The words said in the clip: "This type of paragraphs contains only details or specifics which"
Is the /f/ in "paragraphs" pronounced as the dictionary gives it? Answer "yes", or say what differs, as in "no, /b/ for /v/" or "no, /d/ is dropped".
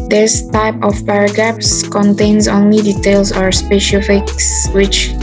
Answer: no, /p/ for /f/